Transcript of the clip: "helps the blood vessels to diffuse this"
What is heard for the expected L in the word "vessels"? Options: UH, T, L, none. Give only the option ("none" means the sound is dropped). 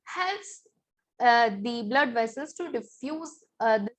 none